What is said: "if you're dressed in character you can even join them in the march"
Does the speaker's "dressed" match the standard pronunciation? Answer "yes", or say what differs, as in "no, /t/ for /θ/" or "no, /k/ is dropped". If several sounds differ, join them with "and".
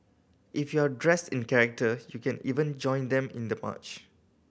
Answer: yes